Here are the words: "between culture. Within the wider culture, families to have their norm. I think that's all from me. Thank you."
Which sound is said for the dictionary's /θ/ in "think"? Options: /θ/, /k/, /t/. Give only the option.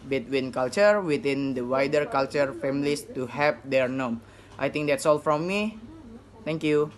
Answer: /t/